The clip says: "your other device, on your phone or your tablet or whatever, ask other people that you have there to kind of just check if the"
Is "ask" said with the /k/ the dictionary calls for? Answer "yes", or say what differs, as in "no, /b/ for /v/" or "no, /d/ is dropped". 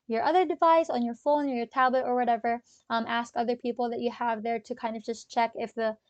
yes